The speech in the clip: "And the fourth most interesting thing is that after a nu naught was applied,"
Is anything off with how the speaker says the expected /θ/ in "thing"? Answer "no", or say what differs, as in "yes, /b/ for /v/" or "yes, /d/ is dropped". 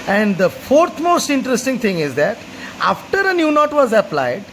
yes, /t/ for /θ/